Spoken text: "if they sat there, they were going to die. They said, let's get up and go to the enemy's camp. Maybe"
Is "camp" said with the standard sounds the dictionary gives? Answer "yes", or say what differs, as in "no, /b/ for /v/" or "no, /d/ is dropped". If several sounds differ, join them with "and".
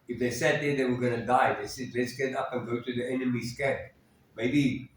no, /m/ is dropped